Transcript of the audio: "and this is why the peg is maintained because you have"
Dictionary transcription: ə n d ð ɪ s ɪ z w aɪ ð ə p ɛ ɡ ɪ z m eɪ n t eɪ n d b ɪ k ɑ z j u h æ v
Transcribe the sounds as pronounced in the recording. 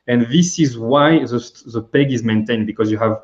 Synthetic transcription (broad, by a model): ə n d ð ɪ s ɪ z w aɪ ð ə p ɛ ɡ ɪ z m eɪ n t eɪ n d b ɪ k ɑ z j u h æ v